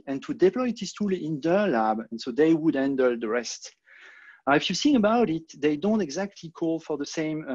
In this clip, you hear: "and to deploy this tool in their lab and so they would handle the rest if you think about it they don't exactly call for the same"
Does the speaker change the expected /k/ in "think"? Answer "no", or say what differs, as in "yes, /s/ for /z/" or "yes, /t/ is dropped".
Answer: yes, /k/ is dropped